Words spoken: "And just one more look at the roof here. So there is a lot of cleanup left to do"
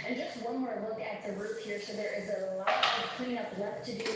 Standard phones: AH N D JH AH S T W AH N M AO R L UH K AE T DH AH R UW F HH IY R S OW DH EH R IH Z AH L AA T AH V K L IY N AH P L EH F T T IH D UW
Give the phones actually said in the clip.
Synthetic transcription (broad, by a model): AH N JH AH S T W AH N M AO R L UH K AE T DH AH R UW P HH IY R S OW DH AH R IH Z AH L AA T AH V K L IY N AH P W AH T T IH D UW